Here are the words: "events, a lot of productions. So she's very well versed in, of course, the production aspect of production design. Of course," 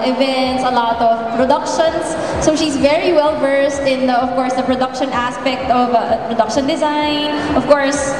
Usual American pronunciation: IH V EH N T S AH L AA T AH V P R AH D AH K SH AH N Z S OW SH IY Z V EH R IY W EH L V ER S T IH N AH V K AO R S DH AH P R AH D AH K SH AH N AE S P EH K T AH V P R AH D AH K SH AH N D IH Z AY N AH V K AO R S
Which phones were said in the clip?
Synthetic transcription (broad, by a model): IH V EH N T S AH L AA T AH V P R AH D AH K SH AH N S OW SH IY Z V EH R IY W EH L V ER S T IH N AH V K AO R S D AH P R AH D AH K SH AH N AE S P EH K T AH V P R AH D AH K SH AH N D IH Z AY N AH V K AO R S